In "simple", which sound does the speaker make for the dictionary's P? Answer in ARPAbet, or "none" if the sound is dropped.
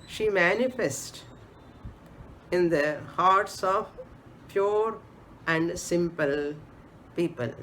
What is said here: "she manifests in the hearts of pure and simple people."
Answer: P